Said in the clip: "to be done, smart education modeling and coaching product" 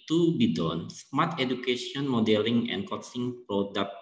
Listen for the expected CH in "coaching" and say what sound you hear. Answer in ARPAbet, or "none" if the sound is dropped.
S